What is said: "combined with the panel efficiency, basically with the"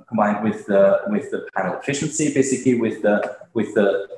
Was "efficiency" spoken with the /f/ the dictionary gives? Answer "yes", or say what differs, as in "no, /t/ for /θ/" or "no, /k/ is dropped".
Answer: yes